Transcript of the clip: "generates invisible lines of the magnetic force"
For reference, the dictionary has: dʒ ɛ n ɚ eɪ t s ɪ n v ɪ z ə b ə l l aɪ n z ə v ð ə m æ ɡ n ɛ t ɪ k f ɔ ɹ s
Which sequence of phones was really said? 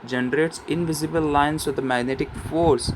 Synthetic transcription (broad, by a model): dʒ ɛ n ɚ eɪ t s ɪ n v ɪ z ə b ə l l aɪ n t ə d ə m æ ɡ n ɛ t ɪ k f ɔ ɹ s